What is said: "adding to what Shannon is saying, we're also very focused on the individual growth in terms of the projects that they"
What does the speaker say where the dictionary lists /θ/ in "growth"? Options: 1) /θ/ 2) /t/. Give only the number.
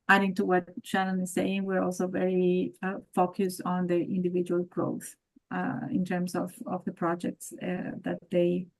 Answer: 1